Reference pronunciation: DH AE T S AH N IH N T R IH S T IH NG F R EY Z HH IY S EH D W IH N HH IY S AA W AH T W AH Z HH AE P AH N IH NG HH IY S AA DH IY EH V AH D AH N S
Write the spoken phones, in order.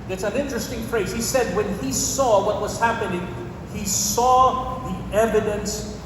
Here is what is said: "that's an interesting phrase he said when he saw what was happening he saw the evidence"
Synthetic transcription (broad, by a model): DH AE T S AH N IH N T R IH S T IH NG F R EY Z HH IY S EH D W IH N IY S AA W AH T W AH Z HH AE P AH N IH NG HH IY S AA DH IY EH V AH D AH N S